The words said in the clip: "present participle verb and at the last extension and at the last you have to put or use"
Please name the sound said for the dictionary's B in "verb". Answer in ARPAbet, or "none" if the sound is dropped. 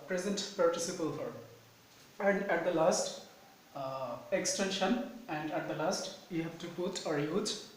none